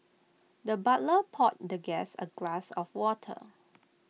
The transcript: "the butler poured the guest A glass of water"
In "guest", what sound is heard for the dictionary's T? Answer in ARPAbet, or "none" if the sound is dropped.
none